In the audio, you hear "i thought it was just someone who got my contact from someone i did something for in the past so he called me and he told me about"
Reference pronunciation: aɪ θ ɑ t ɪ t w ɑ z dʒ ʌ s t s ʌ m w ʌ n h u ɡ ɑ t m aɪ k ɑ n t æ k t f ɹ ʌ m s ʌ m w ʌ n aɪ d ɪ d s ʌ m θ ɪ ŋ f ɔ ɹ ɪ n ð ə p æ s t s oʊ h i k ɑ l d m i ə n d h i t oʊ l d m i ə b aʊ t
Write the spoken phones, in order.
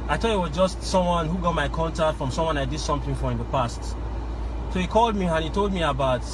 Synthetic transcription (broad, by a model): aɪ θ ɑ ɪ t w ɑ z dʒ ʌ s t s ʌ m w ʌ n h u ɡ ɑ t m aɪ k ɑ n t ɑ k t f ɹ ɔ m s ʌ m w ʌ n aɪ d ɪ d s ʌ m θ ɪ ŋ f ɔ ɹ ɪ n ð ə p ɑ s t s oʊ h i k ɑ l d m i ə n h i t oʊ l d m i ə b aʊ t